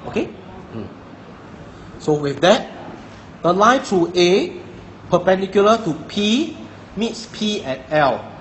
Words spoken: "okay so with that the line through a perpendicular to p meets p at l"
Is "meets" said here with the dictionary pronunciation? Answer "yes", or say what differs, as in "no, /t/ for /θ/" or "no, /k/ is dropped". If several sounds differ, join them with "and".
yes